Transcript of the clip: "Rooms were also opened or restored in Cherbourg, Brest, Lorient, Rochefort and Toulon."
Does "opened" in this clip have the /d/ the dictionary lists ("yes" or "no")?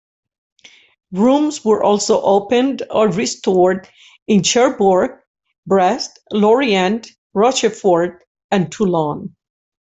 yes